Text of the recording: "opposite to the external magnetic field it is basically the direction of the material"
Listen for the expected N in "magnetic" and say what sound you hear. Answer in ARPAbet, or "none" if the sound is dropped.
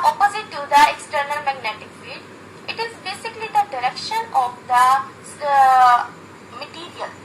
N